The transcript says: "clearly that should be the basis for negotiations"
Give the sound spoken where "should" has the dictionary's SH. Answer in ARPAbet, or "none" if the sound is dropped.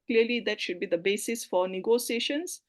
SH